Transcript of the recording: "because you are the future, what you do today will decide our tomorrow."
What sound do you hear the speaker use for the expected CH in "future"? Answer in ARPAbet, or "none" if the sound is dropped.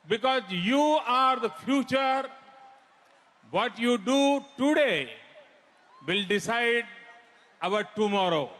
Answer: CH